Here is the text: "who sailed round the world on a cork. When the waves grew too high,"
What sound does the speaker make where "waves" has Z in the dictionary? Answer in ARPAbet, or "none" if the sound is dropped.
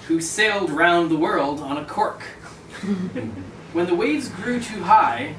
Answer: Z